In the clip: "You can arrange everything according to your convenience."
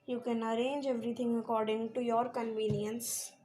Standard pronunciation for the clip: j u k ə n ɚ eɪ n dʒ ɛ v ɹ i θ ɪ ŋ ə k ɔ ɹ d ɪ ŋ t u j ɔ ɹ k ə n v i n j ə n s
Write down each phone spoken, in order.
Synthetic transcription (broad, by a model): j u k ə n ɚ eɪ n dʒ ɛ v ɹ i t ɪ ŋ ə k ɔ ɹ d ɪ ŋ t u j ɔ ɹ k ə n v i n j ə n s